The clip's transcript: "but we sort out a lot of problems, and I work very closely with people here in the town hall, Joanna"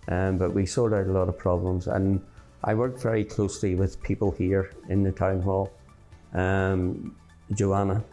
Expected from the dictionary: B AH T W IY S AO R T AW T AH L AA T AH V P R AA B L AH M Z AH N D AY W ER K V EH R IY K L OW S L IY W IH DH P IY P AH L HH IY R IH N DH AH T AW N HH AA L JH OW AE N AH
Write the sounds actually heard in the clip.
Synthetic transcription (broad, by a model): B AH T W IY S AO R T AW T AH L AA T AH V P R AA B L AH M Z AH N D AY W ER K V EH R IY K L OW S L IY W IH DH P IY P AH L HH IY R IH N DH AH T AW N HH AA L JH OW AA N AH